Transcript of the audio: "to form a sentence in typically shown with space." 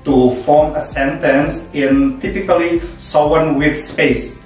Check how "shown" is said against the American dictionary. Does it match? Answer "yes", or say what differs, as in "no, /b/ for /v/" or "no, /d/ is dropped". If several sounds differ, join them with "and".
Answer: no, /s/ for /ʃ/